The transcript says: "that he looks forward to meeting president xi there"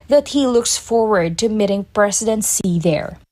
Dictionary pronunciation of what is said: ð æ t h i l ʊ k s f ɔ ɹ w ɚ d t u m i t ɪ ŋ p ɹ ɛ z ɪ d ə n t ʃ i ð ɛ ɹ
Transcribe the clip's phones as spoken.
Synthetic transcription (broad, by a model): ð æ t h i l ʊ k s f ɔ ɹ w ɚ d t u m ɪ t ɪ ŋ p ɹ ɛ s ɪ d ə n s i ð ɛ ɹ